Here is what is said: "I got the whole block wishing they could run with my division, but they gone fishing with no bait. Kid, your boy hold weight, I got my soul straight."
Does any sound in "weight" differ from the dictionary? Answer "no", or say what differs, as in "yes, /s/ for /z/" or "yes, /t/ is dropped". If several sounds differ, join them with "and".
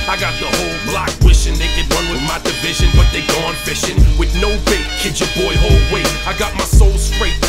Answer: yes, /t/ is dropped